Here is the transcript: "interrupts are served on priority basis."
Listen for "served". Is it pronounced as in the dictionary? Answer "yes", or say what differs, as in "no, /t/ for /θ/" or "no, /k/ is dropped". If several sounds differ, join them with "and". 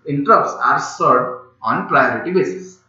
no, /v/ is dropped